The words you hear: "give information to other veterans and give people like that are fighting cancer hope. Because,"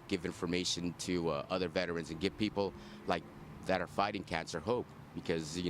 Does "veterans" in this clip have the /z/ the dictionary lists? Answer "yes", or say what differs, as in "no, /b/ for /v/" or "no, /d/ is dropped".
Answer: yes